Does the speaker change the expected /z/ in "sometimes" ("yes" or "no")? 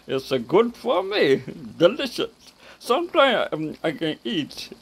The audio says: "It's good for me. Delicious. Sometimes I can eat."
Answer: yes